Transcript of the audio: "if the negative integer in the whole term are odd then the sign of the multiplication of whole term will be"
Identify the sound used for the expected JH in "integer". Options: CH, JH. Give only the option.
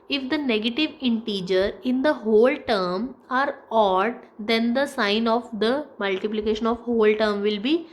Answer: JH